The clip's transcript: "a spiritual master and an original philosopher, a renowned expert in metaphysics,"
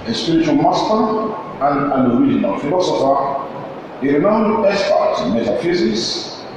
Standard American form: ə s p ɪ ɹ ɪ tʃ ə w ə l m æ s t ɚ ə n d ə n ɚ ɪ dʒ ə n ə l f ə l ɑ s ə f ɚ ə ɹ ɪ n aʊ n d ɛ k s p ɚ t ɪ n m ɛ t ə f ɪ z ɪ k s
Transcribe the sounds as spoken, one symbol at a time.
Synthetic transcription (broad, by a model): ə s p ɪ ɹ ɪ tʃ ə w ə l m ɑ s t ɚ ə n d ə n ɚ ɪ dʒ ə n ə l f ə l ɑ s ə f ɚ ə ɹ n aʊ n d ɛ s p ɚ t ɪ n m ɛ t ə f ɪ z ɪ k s